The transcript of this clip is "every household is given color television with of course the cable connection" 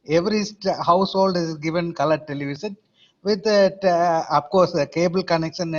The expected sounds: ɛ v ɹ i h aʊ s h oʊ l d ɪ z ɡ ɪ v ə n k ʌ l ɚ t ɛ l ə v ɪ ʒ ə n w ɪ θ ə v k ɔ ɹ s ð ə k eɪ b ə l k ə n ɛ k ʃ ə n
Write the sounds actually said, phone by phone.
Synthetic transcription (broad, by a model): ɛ v ɹ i h aʊ s h oʊ l d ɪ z ɡ ɪ v ə n k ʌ l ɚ t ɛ l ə v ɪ ʃ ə n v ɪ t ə f k ɔ ɹ s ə k eɪ b ə l k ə n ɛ k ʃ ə n